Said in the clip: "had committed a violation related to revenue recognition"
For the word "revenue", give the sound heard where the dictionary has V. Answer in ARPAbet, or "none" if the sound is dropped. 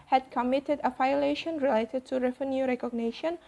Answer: F